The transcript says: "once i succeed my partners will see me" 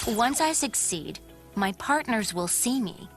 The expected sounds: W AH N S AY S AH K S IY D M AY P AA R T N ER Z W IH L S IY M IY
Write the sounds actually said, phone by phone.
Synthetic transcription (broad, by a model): W AH N S AY S AH K S IY D M AY P AA R T N ER Z W IH L S IY M IY